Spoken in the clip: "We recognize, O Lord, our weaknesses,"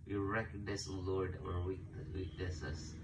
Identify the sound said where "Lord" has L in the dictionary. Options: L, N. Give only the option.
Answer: L